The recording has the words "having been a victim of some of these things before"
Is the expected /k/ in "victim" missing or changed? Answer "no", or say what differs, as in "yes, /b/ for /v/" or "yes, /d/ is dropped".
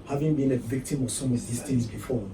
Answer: no